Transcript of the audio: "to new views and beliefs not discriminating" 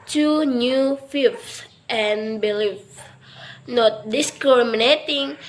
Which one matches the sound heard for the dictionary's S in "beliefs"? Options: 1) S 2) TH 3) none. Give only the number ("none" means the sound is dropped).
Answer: 3